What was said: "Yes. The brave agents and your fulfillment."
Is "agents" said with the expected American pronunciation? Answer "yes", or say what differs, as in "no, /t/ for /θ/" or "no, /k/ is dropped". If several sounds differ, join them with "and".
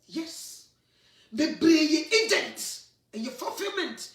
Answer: no, /s/ is dropped